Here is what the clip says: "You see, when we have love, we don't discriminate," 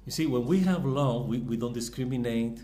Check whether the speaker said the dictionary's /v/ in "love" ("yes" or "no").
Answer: no